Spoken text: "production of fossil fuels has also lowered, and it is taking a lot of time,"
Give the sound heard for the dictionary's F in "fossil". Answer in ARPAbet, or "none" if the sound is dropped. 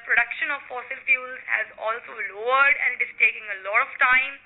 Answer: F